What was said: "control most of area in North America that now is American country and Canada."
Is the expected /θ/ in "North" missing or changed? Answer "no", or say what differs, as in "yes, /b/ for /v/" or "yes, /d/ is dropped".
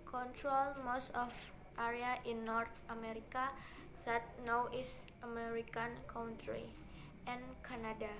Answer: yes, /t/ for /θ/